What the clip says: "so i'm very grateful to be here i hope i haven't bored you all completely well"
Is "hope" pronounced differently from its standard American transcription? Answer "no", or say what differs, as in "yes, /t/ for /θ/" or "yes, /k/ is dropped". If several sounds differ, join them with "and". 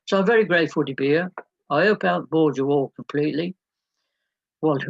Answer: yes, /p/ is dropped